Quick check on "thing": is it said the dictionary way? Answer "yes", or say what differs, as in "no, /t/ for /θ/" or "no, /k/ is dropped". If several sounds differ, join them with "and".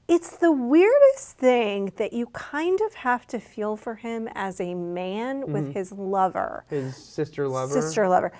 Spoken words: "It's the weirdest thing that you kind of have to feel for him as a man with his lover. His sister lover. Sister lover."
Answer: yes